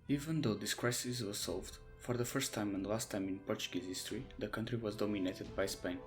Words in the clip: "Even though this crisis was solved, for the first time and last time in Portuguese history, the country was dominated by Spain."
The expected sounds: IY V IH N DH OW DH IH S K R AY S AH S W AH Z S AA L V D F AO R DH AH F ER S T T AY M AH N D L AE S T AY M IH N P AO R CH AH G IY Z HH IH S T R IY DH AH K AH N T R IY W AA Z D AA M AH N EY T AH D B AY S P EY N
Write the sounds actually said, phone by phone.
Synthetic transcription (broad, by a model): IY V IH N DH OW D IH S K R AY S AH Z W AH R S AA L V D F AO R DH AH F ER S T T AY M AH N D L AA S T AY M IH N P AO R CH AH G IY Z HH IH S T R IY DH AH K AH N T R IY W AA Z D AA M AH N EY T AH D B AY S P EY N